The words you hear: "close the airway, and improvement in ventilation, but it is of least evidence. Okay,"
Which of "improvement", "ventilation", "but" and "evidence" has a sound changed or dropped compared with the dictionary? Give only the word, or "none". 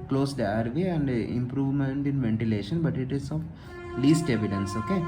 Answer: none